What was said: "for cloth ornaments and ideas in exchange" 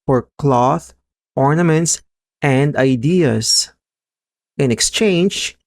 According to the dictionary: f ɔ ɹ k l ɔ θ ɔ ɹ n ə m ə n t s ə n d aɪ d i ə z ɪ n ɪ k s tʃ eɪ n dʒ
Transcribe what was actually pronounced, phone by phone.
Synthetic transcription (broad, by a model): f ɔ ɹ k l ɔ θ ɔ ɹ n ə m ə n t s ə n d aɪ d i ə s ɪ n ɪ k s tʃ eɪ n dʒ